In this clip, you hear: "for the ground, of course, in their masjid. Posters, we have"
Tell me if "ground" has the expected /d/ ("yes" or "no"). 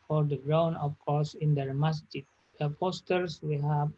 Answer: no